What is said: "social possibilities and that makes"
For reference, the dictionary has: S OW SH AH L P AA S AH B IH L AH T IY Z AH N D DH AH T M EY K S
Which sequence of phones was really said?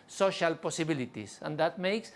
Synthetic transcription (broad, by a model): S OW SH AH L P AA S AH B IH L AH T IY S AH N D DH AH T M EY K S